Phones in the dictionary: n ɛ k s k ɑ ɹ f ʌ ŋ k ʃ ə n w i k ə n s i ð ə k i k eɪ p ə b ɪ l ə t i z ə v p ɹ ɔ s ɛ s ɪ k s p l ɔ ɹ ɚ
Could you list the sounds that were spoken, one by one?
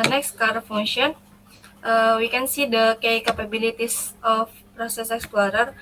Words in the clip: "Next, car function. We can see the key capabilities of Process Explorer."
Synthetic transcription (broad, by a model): n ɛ k s k ɑ ɹ f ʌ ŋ ʃ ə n w i k ə n s i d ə k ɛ k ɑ p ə b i l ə t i s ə f p ɹ ɔ s ɛ s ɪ k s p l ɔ ɹ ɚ